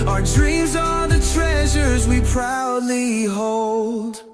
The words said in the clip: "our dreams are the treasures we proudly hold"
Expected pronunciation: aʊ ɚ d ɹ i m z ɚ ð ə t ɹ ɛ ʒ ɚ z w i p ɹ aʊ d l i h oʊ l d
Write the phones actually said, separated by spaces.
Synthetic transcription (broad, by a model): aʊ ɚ d ɹ i m z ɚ ð ə t ɹ ɛ ʒ ɚ z w i p ɹ aʊ d l i h oʊ l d